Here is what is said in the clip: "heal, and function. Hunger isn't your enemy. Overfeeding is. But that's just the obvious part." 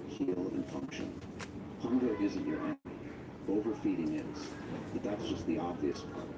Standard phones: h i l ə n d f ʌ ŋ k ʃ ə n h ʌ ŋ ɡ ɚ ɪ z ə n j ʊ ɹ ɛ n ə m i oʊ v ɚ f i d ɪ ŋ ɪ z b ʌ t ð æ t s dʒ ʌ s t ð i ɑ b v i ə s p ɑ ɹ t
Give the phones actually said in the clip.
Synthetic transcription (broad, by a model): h i l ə n f ʌ ŋ k ʃ ə n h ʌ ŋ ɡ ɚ ɪ z ə n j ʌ ɹ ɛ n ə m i oʊ v ɚ f i d ɪ ŋ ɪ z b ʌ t ð æ t s dʒ ʌ s t ð i ɑ b v i ə s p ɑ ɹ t